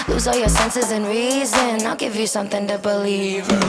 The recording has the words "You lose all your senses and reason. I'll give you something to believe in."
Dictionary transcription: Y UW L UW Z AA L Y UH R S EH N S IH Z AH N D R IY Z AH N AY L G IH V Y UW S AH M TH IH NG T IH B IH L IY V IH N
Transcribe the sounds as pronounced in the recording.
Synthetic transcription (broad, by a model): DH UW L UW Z AA L Y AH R S EH N S IH Z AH N R IY Z AH N AY L G IH V Y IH S AH M TH IH NG T IH B IH L IY V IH